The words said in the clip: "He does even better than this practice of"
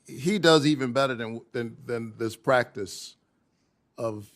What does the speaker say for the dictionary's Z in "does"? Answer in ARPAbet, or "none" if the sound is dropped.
Z